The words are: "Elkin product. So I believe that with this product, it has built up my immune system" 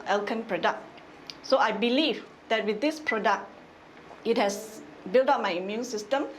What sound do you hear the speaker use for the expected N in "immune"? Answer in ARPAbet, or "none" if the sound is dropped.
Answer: N